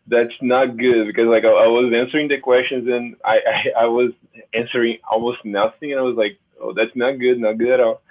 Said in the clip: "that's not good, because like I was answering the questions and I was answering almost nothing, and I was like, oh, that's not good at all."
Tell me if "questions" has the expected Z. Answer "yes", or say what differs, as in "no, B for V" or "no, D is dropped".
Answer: yes